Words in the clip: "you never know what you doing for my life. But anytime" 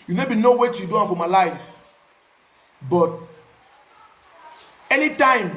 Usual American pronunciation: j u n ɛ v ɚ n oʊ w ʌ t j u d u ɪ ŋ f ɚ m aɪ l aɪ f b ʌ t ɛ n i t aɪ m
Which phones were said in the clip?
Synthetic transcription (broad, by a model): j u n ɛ b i n oʊ w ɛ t j u d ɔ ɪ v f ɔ m aɪ l aɪ f b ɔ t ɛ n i t aɪ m